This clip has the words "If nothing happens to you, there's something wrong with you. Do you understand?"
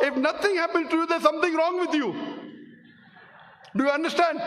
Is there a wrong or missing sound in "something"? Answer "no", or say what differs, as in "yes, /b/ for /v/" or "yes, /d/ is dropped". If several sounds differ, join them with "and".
yes, /t/ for /θ/